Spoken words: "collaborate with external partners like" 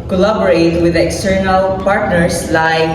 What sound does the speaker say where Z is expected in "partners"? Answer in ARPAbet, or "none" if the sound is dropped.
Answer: S